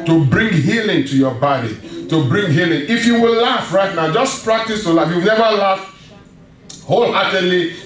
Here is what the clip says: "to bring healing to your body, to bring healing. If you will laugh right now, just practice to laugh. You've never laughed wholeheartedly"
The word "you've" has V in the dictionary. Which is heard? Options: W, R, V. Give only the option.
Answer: W